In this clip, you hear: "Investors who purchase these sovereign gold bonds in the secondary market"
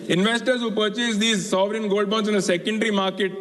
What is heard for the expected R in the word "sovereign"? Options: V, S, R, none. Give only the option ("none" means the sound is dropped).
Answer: R